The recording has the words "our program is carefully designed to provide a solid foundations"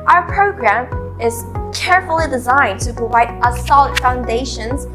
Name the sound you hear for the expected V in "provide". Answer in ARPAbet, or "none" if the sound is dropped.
V